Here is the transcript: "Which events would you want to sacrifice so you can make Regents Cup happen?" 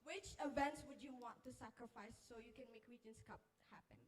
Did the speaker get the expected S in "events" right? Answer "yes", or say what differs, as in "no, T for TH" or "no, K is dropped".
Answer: yes